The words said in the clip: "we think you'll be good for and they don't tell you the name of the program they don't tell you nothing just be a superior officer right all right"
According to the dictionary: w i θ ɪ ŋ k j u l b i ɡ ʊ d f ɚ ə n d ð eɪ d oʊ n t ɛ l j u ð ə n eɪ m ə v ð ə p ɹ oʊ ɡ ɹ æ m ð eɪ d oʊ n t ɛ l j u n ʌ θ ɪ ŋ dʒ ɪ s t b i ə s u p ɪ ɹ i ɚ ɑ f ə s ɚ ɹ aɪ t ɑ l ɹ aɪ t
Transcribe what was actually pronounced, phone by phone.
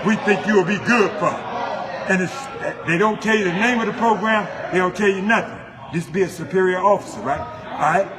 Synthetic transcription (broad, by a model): w i θ ɪ ŋ k j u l b i ɡ ʊ d f ɚ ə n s ð eɪ d oʊ n t ɛ l j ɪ ð ə n eɪ m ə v ð ə p ɹ oʊ ɡ ɹ æ m ð eɪ d oʊ n t ɛ l j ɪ n ʌ θ ɪ ŋ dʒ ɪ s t b i ə s u p ɪ ɹ i ɚ ɑ f ə s ɚ ɹ aɪ t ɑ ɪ